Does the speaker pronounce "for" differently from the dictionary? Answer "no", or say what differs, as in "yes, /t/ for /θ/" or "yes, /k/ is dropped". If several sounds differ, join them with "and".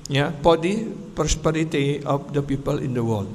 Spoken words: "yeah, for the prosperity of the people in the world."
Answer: yes, /p/ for /f/